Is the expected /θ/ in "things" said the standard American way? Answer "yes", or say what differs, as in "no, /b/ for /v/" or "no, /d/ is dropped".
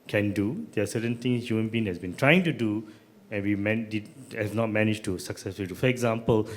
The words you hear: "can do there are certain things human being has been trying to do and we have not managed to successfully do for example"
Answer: no, /t/ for /θ/